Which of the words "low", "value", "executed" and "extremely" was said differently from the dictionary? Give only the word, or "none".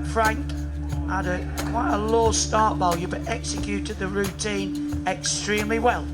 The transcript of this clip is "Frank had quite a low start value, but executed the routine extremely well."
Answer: value